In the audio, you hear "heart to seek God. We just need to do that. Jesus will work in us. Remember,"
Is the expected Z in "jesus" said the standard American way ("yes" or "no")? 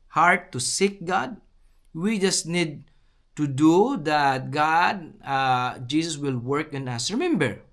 no